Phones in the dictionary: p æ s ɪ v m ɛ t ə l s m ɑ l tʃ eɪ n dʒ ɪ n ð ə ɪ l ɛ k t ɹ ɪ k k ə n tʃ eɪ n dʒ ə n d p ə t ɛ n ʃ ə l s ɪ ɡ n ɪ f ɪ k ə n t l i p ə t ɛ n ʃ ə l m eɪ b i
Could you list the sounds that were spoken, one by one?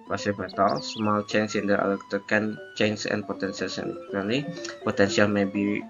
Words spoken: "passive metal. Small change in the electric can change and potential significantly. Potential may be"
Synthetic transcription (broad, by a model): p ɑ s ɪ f m ɛ t ə l s m ɑ l tʃ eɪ n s ɪ n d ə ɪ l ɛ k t ɪ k k ə n tʃ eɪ n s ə n p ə t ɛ n s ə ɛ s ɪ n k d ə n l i p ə t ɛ n s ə l m eɪ b i